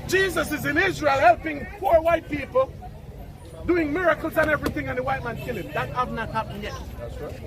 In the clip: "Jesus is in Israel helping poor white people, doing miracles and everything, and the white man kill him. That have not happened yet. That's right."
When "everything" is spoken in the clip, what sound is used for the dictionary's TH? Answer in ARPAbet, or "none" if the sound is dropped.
TH